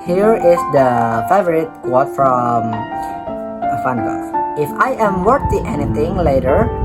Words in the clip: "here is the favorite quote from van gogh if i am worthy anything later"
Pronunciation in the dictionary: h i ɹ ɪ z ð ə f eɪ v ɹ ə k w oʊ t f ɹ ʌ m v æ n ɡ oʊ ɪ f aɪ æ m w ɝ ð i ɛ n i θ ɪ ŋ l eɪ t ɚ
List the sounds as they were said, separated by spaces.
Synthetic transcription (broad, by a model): h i ɹ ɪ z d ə f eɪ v ɹ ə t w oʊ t f ɹ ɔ m f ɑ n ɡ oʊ ɪ f aɪ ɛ m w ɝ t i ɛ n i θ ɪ ŋ l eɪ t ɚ